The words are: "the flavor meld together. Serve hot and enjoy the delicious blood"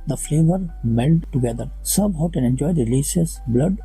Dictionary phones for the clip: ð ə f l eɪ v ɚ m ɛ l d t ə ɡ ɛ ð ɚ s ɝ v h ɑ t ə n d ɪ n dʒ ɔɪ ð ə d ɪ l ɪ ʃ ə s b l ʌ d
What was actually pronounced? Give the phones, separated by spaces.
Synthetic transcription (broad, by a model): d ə f l eɪ v ɚ m ɛ l d t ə ɡ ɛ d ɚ s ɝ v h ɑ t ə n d ɪ n dʒ ɔɪ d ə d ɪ l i s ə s b l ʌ d